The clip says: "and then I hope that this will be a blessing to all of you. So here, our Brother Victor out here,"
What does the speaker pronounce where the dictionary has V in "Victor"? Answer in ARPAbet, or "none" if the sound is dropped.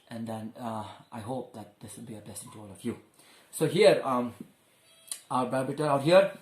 B